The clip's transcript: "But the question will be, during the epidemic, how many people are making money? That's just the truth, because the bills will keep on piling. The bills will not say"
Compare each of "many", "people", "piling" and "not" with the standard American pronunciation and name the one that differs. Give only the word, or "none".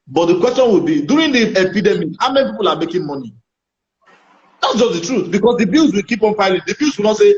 piling